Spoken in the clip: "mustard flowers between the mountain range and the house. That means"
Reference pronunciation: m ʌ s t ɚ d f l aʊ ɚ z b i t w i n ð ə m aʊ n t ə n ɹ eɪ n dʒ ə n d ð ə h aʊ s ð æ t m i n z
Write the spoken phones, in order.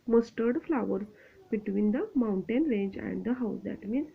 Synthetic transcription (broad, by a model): m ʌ s t ɚ d f l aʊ ɚ b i t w i n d ə m aʊ n t ə n ɹ eɪ n dʒ ə n d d ə h aʊ s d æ t m i n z